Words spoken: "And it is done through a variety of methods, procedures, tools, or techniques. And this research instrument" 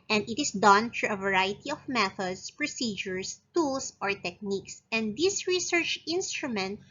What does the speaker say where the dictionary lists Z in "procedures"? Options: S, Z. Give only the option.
S